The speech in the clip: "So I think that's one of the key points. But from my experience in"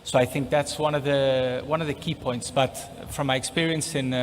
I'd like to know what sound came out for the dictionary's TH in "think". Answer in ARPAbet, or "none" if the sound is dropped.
TH